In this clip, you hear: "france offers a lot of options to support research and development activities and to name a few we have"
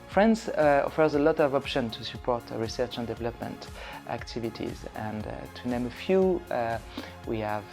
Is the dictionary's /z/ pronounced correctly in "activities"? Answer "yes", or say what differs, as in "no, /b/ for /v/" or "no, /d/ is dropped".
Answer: yes